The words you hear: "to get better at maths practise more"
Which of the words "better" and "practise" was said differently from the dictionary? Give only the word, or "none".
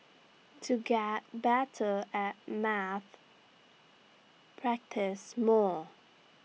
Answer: none